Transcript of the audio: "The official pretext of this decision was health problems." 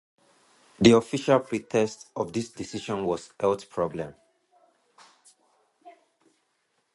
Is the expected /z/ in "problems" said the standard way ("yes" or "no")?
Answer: no